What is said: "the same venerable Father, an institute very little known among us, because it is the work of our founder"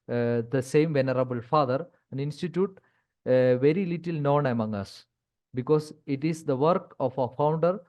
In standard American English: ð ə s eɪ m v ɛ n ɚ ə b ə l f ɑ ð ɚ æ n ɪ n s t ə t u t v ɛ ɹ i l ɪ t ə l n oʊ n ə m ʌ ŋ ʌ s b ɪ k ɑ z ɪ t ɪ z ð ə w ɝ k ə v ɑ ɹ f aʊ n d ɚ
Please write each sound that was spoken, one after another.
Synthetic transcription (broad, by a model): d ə s eɪ m v ɛ n ɚ ə b ə l f ɑ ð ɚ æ n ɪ n s t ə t u t v ɛ ɹ i l ɪ t ə l n oʊ n ə m ʌ ŋ ʌ s b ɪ k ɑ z ɪ t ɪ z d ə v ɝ k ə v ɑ f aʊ n d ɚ